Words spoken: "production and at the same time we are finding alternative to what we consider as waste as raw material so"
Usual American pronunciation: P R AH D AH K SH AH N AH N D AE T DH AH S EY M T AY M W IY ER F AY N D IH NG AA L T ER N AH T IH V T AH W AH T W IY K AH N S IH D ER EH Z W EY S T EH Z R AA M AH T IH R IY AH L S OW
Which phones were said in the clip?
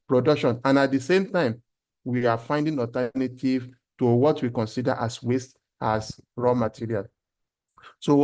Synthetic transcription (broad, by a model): P R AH D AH K SH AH N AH N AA T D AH S EY M T AY M W IY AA F AY N D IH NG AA T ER N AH T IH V T AH W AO T W IY K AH N S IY D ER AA S W EY S T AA S R AA M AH T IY R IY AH L S OW